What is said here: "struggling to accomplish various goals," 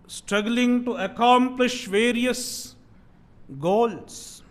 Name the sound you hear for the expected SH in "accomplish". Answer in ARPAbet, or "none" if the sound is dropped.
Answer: SH